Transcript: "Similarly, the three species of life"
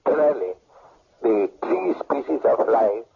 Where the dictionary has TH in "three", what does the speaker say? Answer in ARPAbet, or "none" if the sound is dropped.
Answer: T